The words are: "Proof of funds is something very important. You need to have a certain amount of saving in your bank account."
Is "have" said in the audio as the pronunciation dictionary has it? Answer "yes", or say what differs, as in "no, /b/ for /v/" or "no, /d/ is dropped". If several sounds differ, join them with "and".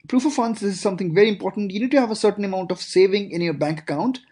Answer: yes